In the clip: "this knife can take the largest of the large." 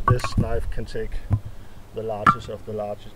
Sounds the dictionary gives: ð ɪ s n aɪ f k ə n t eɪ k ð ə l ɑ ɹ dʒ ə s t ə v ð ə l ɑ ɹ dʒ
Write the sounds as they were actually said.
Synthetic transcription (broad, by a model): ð ɪ s n aɪ f k ə n t eɪ k ð ə l ɑ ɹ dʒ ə s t ə v ð ə l ɑ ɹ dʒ